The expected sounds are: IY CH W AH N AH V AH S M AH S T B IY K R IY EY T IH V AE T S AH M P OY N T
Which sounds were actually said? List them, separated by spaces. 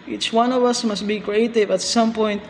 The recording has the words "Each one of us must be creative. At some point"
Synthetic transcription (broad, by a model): IY CH W AH N AH V AH S M AH S T B IY K R IY EY T IH V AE T S AH M P OY N T